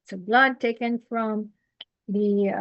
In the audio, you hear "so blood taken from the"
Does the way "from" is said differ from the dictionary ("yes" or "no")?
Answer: no